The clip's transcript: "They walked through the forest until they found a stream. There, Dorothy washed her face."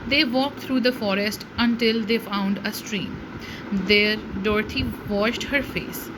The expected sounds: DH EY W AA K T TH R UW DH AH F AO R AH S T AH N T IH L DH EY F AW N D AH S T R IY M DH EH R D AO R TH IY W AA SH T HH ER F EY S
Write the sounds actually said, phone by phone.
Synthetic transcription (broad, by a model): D EY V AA K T R UW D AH F AO R AH S T AH N T IH L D EY F AW N D AH S T R IY M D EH R D AO R T IY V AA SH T HH ER F EY S